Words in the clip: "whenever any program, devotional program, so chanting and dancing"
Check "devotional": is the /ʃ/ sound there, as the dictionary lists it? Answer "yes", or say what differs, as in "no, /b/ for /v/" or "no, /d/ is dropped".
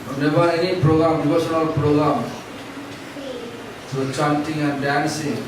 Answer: no, /s/ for /ʃ/